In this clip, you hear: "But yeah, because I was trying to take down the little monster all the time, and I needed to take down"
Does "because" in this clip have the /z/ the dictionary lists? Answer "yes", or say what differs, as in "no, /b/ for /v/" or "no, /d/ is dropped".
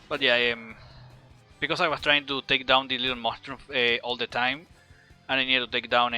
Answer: no, /s/ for /z/